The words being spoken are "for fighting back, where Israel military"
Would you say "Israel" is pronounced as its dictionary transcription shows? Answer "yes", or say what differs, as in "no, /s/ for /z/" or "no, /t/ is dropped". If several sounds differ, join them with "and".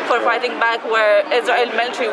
no, /ɹ/ is dropped